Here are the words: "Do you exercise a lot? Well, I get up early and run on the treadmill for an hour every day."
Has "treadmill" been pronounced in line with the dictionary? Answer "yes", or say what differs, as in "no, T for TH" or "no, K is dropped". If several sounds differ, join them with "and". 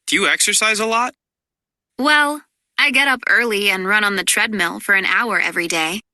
yes